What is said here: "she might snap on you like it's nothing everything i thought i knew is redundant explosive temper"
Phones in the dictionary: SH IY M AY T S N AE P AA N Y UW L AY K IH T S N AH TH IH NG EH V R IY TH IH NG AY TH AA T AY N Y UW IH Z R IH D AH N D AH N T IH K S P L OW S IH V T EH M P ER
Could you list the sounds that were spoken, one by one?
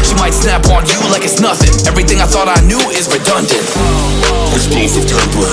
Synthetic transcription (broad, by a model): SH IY M AY T S N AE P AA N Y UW L AY K IH T S N AH TH IH NG EH V R IY TH IH NG AY TH AA T AY N Y UW IH Z R IH D AH N D AH N T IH S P EH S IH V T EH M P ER